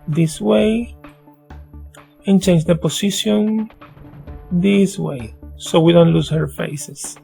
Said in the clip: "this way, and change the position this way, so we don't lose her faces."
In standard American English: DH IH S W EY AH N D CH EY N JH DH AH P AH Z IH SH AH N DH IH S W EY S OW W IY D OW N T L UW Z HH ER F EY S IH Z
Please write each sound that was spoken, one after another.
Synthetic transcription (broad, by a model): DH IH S W EY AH N CH EY N JH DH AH P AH S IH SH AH N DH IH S W EY S OW W IY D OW N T L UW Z HH ER F EY S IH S